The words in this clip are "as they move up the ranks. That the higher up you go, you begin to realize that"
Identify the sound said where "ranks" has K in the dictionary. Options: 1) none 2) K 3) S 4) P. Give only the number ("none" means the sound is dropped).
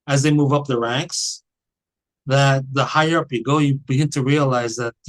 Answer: 2